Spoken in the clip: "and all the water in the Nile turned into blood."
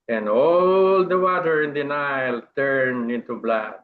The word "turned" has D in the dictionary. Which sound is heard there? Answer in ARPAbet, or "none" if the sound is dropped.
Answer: none